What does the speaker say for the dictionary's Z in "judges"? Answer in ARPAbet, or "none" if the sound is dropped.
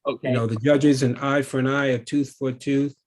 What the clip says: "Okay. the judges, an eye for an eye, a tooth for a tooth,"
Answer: Z